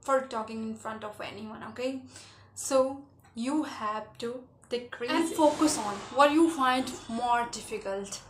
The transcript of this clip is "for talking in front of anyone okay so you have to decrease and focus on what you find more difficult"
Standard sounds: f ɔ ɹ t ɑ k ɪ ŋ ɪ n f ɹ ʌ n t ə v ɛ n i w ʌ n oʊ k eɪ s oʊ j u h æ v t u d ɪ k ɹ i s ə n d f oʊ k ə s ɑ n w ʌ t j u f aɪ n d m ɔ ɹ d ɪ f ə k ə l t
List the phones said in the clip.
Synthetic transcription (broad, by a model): f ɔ ɹ t ɑ k ɪ ŋ ɪ n f ɹ ʌ n t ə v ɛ n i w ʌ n oʊ k eɪ s oʊ j u h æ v t u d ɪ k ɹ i ə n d f oʊ k ə s ɑ n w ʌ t j u f aɪ n d m ɔ ɹ d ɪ f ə k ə l t